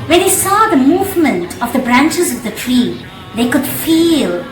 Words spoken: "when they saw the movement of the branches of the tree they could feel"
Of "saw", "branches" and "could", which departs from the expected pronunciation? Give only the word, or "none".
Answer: none